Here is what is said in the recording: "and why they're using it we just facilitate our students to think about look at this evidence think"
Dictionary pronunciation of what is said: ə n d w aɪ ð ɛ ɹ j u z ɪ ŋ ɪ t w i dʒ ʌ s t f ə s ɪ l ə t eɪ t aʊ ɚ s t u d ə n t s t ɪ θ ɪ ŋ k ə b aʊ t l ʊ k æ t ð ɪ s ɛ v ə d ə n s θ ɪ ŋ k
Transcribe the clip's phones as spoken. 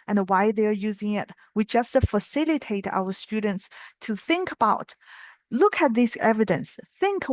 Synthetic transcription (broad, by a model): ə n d w aɪ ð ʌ ɹ j u z ɪ ŋ ɪ t w i dʒ ʌ s t f ə s ɪ l ə t eɪ t aʊ ɚ s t u d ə n t s t ɪ θ ɪ ŋ k ə b aʊ t l ʊ k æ t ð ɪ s ɛ v ə d ə n s θ ɪ ŋ k